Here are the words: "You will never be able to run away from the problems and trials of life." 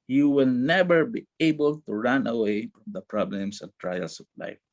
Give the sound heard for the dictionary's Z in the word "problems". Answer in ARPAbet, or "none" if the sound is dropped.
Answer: S